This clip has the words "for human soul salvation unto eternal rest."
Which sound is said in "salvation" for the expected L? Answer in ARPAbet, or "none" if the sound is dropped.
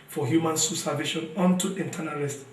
none